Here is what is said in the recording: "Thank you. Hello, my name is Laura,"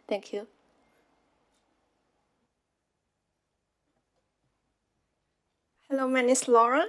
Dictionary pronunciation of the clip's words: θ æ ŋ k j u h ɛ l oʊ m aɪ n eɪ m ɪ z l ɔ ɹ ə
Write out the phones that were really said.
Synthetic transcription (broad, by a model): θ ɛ ŋ k j u h ɛ l oʊ m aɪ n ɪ s l ɔ ɹ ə